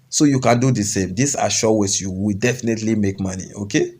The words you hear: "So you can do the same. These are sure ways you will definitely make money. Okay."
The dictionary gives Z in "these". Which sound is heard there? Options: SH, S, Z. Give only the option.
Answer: S